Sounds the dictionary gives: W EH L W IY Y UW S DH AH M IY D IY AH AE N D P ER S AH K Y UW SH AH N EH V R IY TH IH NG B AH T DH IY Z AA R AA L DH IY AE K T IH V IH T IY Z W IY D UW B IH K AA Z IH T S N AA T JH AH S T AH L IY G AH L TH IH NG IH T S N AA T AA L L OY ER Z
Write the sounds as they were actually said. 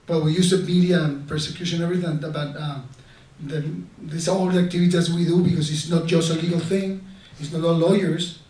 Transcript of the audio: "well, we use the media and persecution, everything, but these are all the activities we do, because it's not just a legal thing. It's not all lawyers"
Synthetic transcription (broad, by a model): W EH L W IY Y UW S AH M IY D IY AH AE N P ER S AH K Y UW SH AH N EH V R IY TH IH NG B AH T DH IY S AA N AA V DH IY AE K T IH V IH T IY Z W IY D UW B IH K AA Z IH T S N AA T JH AH S T AH L IY G AH L TH IH NG IH T S N AA T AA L L OY ER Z